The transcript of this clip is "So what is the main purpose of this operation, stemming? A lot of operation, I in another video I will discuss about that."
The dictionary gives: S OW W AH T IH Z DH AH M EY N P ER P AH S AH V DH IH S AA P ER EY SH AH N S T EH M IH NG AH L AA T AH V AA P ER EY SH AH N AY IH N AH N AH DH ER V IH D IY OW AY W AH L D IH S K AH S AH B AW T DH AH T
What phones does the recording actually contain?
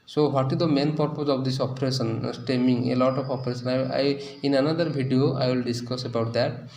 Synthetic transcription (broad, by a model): S OW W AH T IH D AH M EY N P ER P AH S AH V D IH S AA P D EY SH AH N S T EH M IH NG AH L AA T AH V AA P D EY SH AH N AY IH N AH N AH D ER B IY D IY OW AY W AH L D IH S K AH S AH B AW T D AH T